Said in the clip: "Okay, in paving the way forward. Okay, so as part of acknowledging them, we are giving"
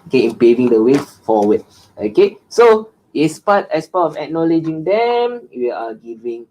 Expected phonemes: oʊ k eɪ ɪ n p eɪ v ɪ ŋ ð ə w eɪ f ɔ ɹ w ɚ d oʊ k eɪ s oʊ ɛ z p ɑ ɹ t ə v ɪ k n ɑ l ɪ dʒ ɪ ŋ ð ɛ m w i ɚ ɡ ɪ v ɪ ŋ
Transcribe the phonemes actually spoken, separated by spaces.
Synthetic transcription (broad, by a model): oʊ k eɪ ɪ n p eɪ v ɪ ŋ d ə w eɪ f ɔ w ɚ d oʊ k eɪ s oʊ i s p ɑ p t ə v ɪ k n ɑ l ɪ dʒ ɪ ŋ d ɛ m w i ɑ ɡ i v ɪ ŋ